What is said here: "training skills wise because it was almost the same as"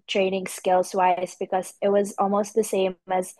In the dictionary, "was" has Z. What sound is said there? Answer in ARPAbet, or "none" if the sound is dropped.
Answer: Z